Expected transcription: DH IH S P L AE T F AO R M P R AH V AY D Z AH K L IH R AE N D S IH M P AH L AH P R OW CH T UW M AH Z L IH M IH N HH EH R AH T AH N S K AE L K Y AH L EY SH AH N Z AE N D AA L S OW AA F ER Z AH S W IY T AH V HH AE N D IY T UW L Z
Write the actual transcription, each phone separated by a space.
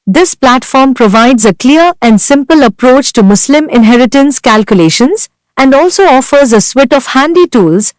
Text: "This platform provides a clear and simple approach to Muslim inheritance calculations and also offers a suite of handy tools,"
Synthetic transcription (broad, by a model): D IH S P L AE T F AO R M P R AH V AY D Z AH K L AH R AE N D S IH M P AH L AH P R OW CH T UW M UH S L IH M IH N HH EH R AH T AH N S K AE L K Y AH L EY SH AH N Z AE N D AA L S OW AA F ER Z AH S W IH T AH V HH AE N D IY T UW L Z